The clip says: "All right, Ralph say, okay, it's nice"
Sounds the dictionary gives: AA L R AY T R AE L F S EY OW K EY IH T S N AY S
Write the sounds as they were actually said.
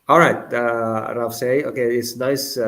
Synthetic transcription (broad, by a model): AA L R AY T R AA F S EY OW K EY IH T S N AY S